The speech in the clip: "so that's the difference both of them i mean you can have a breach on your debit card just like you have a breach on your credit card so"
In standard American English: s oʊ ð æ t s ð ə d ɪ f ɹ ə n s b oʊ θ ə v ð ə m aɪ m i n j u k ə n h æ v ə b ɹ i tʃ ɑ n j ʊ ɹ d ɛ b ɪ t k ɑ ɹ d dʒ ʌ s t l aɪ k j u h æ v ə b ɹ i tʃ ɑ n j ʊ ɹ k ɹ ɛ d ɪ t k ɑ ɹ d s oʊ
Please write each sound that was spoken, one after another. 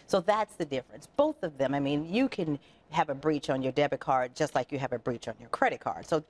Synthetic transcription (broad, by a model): s oʊ ð æ t s ð ə d ɪ f ɹ ə n s b oʊ θ ə v ð ə m aɪ m i n j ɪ k ə n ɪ v ə b ɹ i tʃ n j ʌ ɹ d ɛ b ɪ t k ɑ ɹ d dʒ ʌ s t l aɪ k j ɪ v ə b ɹ i tʃ n j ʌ ɹ k ɹ ɛ d ɪ t k ɑ ɹ d s oʊ